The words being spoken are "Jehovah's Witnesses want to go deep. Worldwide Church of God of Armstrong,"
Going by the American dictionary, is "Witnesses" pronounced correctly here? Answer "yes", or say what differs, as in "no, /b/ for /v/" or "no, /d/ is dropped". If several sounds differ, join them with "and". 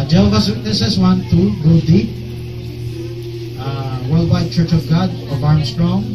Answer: no, /s/ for /z/